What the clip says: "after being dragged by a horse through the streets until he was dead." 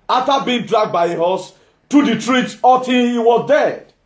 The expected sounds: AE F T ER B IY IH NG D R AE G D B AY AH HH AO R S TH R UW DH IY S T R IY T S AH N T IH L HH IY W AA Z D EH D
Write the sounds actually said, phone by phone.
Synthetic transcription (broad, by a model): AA F T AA B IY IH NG D R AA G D B AY AH HH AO S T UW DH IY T R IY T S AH T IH N HH IY W AA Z D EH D